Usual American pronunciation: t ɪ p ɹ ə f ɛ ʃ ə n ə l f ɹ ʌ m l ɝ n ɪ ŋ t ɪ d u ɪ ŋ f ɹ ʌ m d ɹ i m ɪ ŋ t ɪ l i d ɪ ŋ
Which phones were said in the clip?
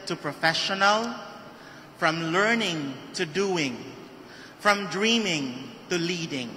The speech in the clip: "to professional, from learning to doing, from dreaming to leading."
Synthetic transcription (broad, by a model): t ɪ p ɹ ə f ɛ ʃ ə n ə l f ɹ ʌ m l ɝ n ɪ ŋ t ɪ d u ɪ ŋ f ɹ ʌ m d ɹ i m ɪ ŋ t ɪ l i d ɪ ŋ